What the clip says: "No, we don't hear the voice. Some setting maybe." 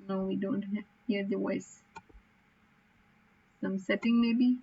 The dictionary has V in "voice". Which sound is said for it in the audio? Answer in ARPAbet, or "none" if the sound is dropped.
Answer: W